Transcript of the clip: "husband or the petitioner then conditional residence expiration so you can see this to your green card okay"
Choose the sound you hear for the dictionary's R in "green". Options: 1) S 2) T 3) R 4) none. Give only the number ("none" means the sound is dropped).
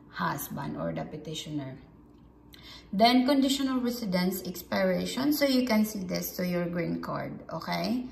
3